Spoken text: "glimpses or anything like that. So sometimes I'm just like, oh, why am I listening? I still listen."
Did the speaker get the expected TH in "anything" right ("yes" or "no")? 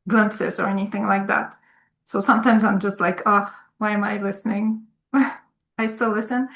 yes